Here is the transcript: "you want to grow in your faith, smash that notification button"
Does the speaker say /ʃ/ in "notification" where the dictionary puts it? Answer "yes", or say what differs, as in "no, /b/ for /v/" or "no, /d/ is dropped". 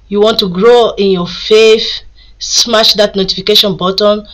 yes